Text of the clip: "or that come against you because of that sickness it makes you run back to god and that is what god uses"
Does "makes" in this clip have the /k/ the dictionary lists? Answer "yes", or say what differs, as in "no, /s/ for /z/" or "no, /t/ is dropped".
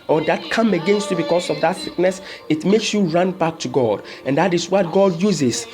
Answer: yes